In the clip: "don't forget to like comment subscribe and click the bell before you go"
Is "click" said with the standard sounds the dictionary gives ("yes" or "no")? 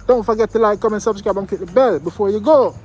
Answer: no